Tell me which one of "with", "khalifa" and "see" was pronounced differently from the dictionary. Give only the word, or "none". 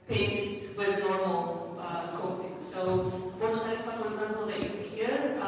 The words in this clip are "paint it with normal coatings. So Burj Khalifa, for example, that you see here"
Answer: khalifa